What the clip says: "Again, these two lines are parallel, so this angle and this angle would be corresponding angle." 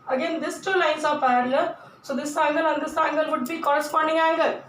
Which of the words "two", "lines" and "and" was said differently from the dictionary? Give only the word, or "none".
lines